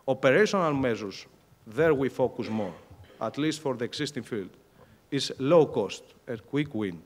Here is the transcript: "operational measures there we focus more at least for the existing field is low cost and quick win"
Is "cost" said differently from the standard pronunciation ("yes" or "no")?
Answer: no